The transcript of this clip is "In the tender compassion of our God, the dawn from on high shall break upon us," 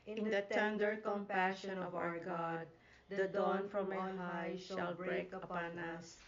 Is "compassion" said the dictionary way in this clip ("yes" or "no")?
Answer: yes